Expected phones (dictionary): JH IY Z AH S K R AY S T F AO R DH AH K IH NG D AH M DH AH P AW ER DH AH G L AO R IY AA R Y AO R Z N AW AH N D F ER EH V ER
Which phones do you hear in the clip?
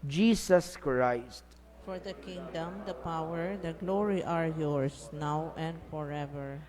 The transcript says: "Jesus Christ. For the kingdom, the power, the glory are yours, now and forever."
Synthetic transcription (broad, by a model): JH IY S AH S K R AY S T F AO R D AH K IH NG D AH M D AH P AW ER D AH G L AO R IY AA R Y AO R S N AW AH N D F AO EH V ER